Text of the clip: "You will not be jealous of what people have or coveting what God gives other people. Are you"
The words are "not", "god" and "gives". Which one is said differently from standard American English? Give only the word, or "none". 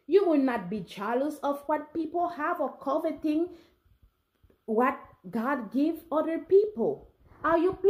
gives